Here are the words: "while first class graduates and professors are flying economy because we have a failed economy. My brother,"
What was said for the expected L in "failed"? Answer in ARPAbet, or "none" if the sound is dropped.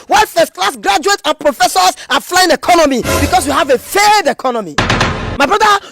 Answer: none